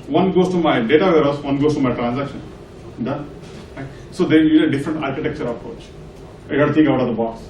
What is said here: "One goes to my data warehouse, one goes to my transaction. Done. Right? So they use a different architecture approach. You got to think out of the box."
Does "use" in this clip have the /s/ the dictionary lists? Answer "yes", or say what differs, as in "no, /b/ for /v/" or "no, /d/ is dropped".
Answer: no, /s/ is dropped